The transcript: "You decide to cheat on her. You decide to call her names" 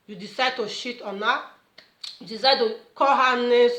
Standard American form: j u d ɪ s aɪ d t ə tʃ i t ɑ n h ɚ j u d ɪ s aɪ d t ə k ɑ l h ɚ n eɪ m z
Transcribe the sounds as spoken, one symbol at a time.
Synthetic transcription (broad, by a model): j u d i s aɪ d t ə ʃ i t ɑ n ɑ j u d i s aɪ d t ə k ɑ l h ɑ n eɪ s